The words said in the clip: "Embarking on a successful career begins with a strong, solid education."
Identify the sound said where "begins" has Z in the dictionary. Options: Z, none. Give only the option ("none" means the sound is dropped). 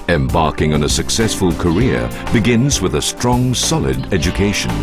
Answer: Z